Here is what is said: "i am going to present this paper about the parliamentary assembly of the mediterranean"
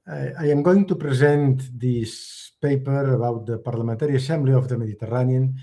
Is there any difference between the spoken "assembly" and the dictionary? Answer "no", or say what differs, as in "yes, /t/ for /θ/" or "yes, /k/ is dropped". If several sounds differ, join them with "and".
no